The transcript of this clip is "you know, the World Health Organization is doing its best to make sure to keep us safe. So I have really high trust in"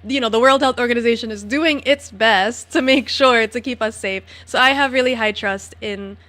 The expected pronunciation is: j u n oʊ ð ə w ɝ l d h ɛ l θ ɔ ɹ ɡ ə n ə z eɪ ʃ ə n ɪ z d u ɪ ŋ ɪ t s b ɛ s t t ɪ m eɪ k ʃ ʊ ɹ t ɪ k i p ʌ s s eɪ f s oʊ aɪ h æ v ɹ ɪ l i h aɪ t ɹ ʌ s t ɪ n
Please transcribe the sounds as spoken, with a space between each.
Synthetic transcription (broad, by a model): j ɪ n oʊ ð ə w ɝ l d h ɛ l θ ɔ ɹ ɡ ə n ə z eɪ ʃ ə n ɪ z d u ɪ ŋ ɪ t s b ɛ s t t ɪ m eɪ k ʃ ʊ ɹ t ɪ k i p ʌ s s eɪ f s oʊ aɪ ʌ v ɹ ɪ l i h aɪ t ɹ ʌ s t ɪ n